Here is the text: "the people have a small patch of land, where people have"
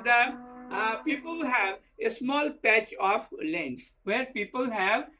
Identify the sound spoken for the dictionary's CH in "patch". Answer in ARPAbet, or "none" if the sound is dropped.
CH